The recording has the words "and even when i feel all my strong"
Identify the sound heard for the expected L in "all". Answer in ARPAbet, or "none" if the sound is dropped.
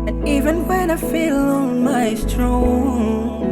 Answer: N